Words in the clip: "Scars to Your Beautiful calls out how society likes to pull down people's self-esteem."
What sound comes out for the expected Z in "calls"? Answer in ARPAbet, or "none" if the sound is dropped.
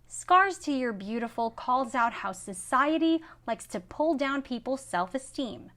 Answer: Z